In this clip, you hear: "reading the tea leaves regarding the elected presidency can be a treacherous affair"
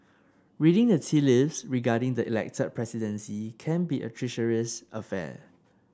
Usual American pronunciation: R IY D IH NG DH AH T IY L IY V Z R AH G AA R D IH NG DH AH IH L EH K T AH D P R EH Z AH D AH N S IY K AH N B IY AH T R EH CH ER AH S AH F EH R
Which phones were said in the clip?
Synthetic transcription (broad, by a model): R IY D IH NG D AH T IY L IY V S R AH G AA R D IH NG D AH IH L EH K T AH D P R EH S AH D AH N S IY K AH N B IY AH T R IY SH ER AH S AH F EH